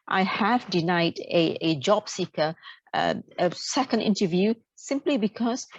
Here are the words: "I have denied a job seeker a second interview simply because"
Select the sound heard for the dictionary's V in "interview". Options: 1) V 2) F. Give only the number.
1